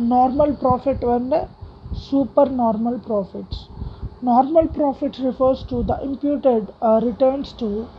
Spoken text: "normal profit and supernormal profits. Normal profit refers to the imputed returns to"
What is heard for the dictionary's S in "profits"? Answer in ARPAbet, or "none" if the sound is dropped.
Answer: S